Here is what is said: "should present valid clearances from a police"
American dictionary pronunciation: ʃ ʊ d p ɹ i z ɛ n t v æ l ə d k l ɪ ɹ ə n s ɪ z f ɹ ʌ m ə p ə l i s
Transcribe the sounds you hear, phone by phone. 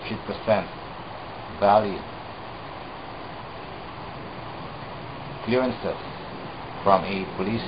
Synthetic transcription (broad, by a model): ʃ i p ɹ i s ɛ n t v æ l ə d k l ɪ ɹ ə n s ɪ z f ɹ ʌ m ə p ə l i s